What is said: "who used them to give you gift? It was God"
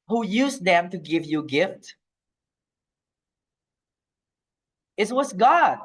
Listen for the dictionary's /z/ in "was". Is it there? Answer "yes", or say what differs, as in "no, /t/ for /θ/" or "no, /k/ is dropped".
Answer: no, /s/ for /z/